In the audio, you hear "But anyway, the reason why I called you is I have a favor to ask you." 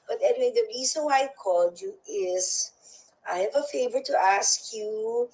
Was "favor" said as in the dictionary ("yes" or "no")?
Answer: yes